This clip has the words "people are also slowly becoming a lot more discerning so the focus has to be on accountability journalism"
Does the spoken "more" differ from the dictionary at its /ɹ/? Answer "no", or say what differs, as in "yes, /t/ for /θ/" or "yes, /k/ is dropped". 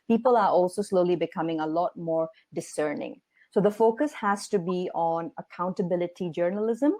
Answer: no